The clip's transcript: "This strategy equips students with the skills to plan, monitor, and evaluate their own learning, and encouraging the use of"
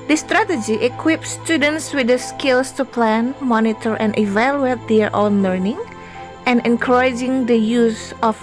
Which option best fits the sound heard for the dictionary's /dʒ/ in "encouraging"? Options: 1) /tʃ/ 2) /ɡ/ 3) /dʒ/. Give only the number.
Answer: 3